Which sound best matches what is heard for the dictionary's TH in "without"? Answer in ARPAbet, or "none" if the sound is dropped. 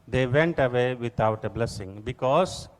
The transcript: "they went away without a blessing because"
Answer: T